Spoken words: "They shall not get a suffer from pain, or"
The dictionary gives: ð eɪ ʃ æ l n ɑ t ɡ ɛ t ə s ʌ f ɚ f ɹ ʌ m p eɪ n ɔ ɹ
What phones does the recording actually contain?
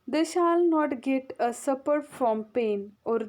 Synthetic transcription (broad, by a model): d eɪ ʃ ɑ l n ɑ t ɡ ɛ t ə s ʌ p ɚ f ɹ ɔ m p eɪ n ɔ ɹ